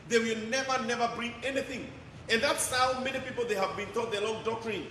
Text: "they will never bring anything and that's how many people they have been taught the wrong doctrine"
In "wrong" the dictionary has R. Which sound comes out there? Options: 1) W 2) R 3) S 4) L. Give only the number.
4